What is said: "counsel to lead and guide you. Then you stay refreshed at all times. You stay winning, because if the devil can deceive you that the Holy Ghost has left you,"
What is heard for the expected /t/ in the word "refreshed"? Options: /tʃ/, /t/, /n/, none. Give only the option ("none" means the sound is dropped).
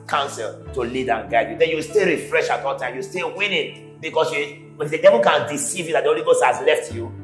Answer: none